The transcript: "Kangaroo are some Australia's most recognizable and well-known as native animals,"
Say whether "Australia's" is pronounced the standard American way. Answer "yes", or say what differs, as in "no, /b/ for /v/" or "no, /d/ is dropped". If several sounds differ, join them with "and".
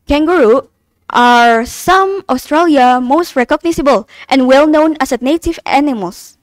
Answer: no, /z/ is dropped